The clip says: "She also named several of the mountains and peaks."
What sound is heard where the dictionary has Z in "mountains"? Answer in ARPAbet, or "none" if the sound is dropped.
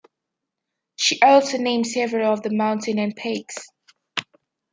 none